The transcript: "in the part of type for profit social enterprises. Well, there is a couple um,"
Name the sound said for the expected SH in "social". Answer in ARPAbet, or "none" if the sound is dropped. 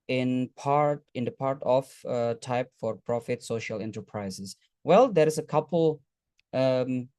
SH